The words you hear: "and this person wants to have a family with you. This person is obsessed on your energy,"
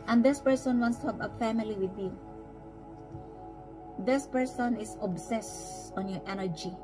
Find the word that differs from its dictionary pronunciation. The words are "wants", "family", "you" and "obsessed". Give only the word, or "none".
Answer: obsessed